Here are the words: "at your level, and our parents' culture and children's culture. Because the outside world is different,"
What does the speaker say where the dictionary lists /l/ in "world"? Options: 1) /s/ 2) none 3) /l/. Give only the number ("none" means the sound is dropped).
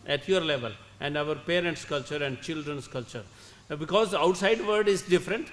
2